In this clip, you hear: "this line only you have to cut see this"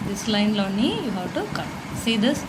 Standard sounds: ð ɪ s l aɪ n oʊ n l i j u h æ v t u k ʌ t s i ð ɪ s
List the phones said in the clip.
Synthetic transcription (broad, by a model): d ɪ s l aɪ n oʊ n i j u h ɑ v t u k ʌ t s i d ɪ s